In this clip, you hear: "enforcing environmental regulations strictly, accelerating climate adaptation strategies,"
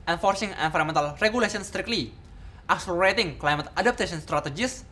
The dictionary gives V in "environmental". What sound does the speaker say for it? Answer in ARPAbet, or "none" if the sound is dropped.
F